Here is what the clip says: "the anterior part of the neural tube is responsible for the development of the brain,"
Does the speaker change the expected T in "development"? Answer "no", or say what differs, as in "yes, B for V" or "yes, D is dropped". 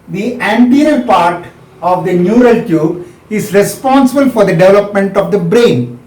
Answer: no